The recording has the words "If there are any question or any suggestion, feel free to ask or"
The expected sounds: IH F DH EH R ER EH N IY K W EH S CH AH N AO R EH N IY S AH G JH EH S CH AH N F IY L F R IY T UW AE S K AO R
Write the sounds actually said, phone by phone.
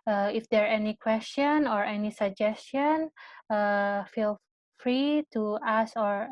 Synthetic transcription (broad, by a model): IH F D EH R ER EH N IY K W EH S CH AH N AO R EH N IY S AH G JH EH S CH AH N F IY L F R IY T UW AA S AO R